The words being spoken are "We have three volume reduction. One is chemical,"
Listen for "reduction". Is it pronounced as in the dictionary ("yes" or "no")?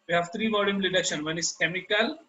no